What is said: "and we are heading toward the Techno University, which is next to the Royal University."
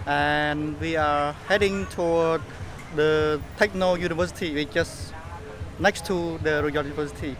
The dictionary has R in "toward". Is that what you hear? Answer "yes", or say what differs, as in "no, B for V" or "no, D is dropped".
no, W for R